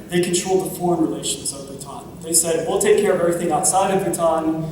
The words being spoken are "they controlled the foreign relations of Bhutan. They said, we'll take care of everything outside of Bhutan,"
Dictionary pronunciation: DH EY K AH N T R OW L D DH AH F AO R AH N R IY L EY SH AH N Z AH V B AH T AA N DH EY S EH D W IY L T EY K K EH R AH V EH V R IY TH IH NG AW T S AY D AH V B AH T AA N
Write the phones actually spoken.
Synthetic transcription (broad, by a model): DH EY K N T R OW L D DH AH F AO R AH N R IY L EY SH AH N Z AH V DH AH T AA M DH EY S EH D W IY L T EY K K EH R AH V EH V R IY TH IH NG AW T S AY D AH V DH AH T AA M